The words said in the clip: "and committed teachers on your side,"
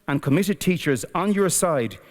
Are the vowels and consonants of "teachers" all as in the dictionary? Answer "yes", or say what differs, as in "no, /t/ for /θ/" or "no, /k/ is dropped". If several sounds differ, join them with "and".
yes